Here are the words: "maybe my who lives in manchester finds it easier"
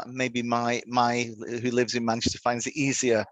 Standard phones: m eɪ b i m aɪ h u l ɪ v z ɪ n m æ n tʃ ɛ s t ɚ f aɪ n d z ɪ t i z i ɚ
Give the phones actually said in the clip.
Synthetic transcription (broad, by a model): m eɪ b i m aɪ h u l ɪ v z ɪ n m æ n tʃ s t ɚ f aɪ n d z ɪ t i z i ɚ